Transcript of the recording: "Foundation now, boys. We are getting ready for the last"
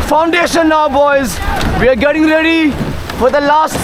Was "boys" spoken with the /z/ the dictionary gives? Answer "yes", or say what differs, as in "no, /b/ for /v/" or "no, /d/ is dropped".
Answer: yes